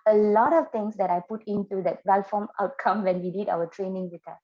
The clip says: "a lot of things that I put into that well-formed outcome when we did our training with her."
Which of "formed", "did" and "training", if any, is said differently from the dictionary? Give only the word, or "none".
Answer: formed